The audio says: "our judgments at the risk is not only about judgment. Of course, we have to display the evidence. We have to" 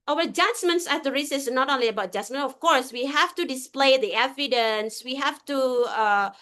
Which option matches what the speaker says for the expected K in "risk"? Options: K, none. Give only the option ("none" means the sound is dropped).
none